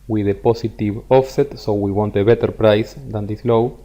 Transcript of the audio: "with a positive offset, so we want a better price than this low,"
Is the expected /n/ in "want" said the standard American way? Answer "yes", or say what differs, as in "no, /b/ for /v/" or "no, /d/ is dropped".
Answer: yes